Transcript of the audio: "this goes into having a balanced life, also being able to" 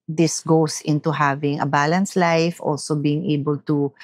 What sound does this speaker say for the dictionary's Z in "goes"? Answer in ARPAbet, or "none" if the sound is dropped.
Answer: S